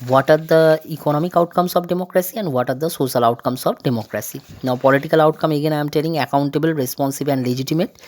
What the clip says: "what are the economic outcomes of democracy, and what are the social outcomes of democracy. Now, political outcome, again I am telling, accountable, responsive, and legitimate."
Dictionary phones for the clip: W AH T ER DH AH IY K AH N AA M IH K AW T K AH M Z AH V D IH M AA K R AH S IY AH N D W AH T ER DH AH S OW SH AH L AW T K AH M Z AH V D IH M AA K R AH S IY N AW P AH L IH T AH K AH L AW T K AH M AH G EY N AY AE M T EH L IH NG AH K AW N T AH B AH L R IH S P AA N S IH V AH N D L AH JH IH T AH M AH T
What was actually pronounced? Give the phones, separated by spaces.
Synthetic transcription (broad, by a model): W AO T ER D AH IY K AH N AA M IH K AW T K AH M S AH P D IH M AA K R AH S IY AH N D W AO T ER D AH S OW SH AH L AW T K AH M S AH P D IH M AA K R AH S IY N AW P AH L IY T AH K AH L AW T K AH M AH G EY N AY M T EH L IH NG AH K AW N T AH B AH L R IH S P AA N S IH B AH N D L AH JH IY T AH M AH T